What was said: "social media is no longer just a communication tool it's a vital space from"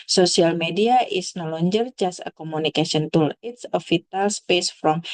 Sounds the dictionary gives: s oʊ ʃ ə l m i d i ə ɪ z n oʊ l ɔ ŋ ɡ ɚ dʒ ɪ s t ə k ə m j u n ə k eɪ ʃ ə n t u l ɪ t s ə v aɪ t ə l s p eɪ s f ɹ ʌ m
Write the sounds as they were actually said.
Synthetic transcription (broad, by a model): s oʊ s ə l m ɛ d i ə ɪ s n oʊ l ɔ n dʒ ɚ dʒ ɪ s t ə k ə m u n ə k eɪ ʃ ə n t u l ɪ t s ə f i t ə l s p eɪ s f ɹ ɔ m